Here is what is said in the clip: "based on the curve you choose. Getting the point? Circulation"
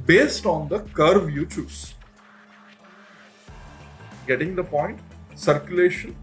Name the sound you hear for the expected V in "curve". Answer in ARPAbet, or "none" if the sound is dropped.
V